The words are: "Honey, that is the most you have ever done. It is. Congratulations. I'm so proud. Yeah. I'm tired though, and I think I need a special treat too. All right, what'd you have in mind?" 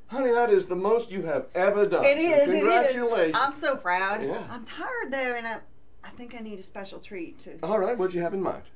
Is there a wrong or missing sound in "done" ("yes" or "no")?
yes